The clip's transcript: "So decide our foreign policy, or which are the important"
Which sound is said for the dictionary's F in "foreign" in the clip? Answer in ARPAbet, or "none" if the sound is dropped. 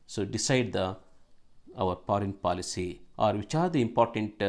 P